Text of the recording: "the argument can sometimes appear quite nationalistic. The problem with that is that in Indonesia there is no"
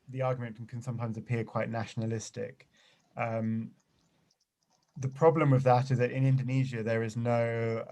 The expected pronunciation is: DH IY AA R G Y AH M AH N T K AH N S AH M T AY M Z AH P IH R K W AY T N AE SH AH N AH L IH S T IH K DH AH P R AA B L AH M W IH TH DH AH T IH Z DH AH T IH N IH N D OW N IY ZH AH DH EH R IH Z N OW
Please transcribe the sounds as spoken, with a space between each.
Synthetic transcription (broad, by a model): DH IY AA G Y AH M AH N K AH N S AH M T AY M Z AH P IH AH K W AY T N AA SH AH N AH L IH S T IH K DH AH P R AA B L AH M W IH DH AH T IH Z DH AH T IH N IH N D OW N IY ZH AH DH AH R IH Z N OW